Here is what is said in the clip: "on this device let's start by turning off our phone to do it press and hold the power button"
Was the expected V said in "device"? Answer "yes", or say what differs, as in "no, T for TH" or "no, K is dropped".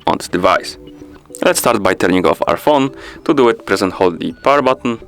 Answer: yes